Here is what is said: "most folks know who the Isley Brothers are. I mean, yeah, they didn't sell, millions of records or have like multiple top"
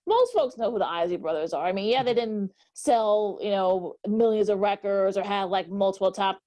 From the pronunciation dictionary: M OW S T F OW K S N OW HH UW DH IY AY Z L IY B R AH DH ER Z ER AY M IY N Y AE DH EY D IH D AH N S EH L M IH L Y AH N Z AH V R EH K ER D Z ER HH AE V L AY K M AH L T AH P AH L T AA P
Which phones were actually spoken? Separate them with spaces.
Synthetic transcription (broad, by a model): M OW S T F OW K S N OW HH UW DH IY AY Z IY B R AH DH ER Z ER AY M IY N Y AE DH EY D IH D N S EH L M IH L Y AH N Z AH V R EH K ER D Z ER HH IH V L AY K M AH L T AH P L T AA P